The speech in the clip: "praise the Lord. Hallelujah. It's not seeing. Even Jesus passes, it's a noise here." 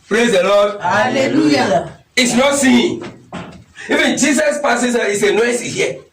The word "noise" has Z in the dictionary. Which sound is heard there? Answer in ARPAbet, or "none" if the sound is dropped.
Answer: S